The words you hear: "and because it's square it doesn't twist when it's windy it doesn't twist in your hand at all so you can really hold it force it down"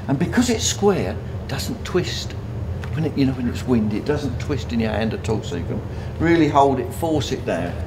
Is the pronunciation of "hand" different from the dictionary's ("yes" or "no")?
no